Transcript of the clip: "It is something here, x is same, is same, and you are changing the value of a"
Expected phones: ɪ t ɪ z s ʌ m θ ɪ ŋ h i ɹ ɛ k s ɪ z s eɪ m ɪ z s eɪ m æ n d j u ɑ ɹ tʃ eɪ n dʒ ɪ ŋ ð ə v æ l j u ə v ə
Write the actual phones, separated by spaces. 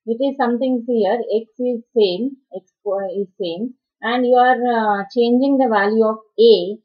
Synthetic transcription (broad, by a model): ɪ t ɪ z s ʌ m t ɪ ŋ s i ɹ ɛ k s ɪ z s eɪ m ɪ z s eɪ m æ n d j u ɑ ɹ tʃ eɪ n dʒ ɪ ŋ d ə v æ l j u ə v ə